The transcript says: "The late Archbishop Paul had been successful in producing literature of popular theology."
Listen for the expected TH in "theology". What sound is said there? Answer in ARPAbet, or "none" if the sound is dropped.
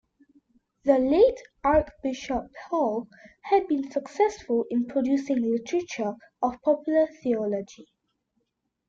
TH